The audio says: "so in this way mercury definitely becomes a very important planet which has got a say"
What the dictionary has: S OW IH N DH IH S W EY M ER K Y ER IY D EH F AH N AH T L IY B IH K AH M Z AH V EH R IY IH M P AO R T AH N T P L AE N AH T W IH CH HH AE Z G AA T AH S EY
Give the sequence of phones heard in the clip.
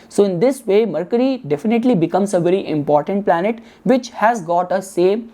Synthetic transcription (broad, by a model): S OW IH N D IH S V EY M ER K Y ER IY D EH F AH N AH T L IY B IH K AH M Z AH V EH R IY IH M P AO R T AH N T P L AE N AH T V IH CH HH AE Z G AA T AH S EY